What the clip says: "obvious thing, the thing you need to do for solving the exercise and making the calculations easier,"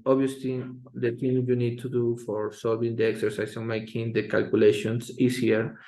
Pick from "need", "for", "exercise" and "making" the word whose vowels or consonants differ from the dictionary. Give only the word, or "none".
exercise